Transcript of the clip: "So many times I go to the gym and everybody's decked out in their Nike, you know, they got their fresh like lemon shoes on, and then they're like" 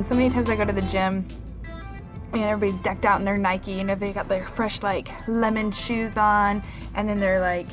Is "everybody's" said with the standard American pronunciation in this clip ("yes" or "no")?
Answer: no